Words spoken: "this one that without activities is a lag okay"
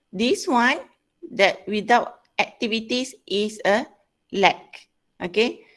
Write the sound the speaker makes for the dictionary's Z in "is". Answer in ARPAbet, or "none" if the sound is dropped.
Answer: S